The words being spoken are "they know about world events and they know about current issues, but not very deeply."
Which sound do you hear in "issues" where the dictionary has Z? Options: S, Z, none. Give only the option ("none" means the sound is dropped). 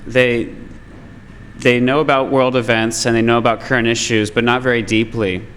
Z